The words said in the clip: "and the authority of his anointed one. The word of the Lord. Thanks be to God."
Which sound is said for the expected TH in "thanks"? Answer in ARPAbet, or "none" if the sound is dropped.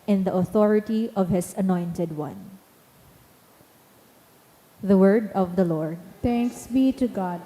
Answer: T